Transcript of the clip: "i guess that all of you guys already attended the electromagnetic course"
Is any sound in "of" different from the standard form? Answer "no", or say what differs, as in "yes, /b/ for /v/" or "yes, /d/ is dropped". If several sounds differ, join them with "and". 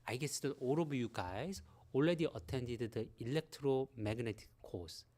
yes, /b/ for /v/